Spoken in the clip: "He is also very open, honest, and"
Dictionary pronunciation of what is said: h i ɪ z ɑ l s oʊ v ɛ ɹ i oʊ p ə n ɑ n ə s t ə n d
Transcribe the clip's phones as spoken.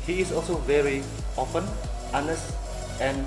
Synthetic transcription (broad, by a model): h i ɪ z ɑ l s oʊ v ɛ ɹ i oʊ f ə n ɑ n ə s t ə n